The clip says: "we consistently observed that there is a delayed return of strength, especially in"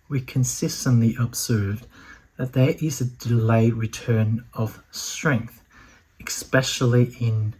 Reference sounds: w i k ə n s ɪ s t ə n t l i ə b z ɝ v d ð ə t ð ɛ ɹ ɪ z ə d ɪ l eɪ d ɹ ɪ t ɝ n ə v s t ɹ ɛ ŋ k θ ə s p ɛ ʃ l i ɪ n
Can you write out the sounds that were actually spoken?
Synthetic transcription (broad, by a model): w i k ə n s ɪ s t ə n t l i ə b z ɝ v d ð ə t ð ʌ ɹ ɪ z ə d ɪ l eɪ ɹ ɪ t ɝ n ə v s t ɹ ɛ ŋ k θ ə s p ɛ ʃ l i ɪ n